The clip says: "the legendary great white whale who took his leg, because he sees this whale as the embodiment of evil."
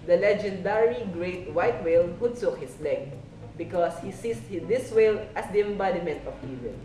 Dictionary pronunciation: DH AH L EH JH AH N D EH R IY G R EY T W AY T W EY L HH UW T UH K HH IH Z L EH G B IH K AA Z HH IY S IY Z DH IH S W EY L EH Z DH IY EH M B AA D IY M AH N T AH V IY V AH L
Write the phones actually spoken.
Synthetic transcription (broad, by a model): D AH L EH JH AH N D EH R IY G R EY T W AY T W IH L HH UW S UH K HH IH S L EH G B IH K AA S HH IY S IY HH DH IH S W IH L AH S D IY EH M B AA D IY M AH N T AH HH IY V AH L